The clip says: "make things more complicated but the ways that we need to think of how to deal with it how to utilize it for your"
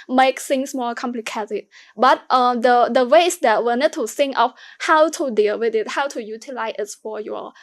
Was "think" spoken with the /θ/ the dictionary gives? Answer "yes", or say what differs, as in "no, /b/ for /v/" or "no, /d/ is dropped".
no, /s/ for /θ/